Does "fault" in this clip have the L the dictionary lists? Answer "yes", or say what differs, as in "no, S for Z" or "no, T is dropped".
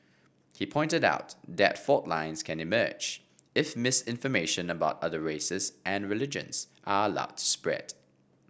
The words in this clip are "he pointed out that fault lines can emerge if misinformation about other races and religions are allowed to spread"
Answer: no, L is dropped